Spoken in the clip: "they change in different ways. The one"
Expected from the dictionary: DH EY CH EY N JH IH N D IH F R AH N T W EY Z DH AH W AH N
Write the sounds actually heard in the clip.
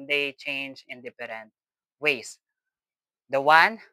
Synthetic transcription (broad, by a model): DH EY CH EY N JH IH N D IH P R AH N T W EY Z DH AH W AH N